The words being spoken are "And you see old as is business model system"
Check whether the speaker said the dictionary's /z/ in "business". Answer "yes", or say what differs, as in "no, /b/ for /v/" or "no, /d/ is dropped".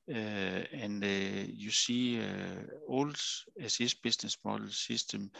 no, /s/ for /z/